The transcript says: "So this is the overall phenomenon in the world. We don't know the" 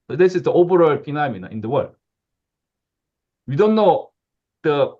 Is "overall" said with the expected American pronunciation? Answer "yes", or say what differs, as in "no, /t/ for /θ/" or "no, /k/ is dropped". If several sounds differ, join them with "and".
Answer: no, /b/ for /v/